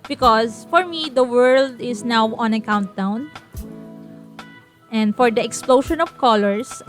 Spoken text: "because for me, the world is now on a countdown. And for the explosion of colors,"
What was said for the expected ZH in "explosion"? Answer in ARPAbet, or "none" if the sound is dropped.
SH